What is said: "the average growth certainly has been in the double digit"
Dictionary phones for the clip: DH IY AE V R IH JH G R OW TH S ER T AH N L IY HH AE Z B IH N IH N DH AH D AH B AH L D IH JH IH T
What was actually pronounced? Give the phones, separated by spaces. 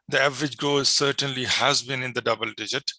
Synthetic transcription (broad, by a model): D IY AE V R IH JH G OW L S ER T AH N L IY HH AE Z B IH N IH N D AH D AH B AH L D IH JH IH T